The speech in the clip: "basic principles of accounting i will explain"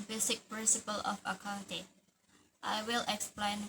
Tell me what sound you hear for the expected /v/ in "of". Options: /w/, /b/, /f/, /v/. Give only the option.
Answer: /f/